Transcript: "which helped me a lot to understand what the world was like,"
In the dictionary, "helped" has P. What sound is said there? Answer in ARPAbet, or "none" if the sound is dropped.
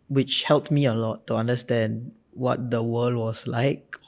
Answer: P